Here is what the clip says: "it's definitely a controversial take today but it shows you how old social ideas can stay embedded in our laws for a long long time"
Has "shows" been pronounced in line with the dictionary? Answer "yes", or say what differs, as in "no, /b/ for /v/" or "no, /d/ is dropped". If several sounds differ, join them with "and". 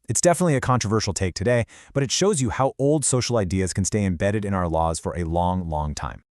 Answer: yes